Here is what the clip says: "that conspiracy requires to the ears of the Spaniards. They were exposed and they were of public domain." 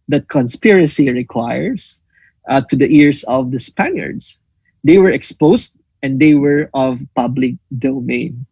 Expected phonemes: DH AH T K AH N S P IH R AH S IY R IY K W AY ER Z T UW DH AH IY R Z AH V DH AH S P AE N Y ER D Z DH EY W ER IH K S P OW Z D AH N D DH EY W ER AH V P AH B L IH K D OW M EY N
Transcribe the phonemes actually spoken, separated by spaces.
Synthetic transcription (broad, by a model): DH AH T K AH N S P IH R AH S IY R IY K W AY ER S T UW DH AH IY R S AH V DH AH S P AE N Y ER D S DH EY W ER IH K S P OW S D AH N D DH EY W ER AH V P AH B L IH K D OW M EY N